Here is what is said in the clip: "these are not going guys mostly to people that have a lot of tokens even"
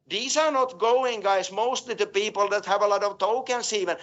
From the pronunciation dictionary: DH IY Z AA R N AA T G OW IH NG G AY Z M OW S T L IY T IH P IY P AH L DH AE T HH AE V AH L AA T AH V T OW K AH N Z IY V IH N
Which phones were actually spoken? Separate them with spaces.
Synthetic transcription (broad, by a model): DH IY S AA R N AA T G OW IH NG G AY S M OW S T L IY T IH P IY P AH L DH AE T HH AE V AH L AA T AH V T OW K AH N S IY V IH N